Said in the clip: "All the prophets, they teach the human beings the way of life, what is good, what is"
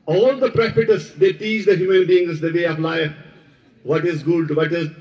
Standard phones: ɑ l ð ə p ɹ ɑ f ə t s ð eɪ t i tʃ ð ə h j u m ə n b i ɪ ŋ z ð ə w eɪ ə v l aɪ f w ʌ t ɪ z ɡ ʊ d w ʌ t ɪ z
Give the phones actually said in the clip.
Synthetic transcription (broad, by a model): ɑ l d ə p ɹ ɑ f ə t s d eɪ t i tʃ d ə h j u m ə n b i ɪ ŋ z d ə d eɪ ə p l aɪ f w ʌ t ɪ z ɡ ʊ d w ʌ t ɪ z